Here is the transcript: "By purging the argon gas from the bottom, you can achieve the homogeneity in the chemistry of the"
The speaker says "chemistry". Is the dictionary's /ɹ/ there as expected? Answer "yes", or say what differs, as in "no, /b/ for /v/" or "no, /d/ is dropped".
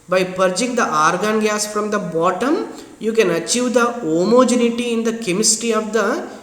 no, /ɹ/ is dropped